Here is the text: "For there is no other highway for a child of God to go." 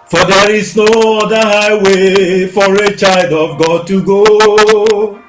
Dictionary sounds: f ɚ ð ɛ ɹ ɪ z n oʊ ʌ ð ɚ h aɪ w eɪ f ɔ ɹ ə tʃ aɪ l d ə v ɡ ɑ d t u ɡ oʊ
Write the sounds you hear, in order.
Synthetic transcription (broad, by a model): f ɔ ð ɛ ɹ ɪ z n oʊ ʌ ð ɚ h aɪ w eɪ f ɔ ɹ ə tʃ aɪ l d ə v ɡ ɑ d t u ɡ oʊ